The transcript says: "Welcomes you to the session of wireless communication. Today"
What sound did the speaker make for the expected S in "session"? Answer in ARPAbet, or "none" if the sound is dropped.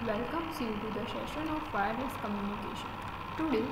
SH